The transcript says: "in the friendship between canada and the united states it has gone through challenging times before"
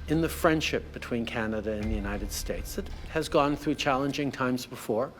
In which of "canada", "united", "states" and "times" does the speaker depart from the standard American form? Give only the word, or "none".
none